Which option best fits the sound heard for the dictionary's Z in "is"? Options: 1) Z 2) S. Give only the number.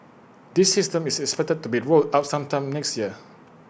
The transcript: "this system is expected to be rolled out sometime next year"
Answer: 2